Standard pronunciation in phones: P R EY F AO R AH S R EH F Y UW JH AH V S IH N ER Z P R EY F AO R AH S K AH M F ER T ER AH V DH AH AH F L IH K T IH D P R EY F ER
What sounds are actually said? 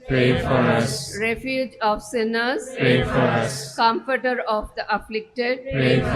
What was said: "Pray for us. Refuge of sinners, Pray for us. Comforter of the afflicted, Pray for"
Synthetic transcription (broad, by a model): P R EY F AO R AH S R EH F Y UW JH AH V S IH N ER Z P R EY F AO R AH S K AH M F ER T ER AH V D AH AH F L IH K T IH D P R EY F